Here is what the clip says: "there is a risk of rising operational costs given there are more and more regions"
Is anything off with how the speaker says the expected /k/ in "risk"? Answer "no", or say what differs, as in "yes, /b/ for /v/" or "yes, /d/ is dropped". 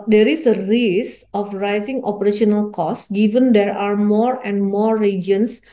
yes, /k/ is dropped